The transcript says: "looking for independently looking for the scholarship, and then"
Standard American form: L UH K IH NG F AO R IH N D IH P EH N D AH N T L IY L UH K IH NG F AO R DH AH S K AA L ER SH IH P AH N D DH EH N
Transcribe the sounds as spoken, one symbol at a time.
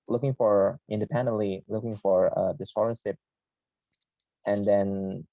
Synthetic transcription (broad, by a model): L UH K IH NG F AO R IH N D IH P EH N D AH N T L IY L UH K IH NG F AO R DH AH S AA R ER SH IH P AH N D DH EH N